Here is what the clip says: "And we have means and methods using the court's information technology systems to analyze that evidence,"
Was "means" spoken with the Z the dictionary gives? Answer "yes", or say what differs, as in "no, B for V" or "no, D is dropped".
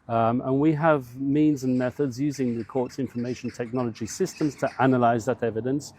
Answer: yes